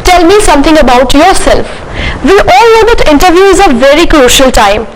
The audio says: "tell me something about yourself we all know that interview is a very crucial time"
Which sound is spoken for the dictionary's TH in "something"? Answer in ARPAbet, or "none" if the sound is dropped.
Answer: T